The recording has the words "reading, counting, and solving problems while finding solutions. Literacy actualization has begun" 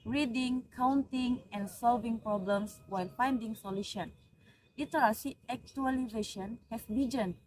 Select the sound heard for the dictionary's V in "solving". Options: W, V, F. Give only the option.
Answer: V